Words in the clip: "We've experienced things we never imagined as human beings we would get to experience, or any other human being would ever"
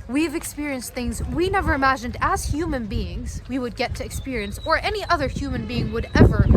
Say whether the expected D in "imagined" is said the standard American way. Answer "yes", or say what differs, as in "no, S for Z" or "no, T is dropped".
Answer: yes